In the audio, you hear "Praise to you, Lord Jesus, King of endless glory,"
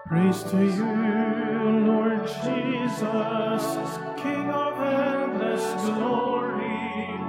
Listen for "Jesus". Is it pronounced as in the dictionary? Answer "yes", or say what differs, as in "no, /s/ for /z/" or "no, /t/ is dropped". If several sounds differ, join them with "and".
yes